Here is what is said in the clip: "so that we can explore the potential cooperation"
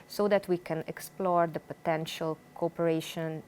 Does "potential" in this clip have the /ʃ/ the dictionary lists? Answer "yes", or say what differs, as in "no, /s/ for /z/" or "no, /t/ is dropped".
yes